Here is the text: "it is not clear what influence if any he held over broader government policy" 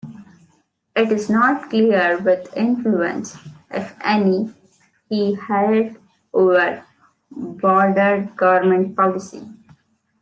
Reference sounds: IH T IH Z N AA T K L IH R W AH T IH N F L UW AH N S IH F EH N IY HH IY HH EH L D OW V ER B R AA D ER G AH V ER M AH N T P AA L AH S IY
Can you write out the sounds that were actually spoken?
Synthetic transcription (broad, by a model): IH T IH Z N AA T K L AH R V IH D IH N F L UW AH N S IH F EH N IY HH IY HH EH L D OW V ER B AA D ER G AH V ER M AH N T P AA L AH S IY